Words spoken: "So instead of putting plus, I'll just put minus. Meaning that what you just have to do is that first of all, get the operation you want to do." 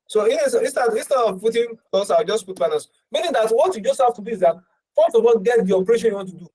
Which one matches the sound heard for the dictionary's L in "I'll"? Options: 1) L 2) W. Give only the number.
2